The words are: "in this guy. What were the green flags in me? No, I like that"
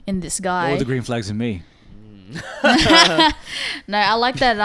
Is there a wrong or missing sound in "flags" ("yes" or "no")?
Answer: no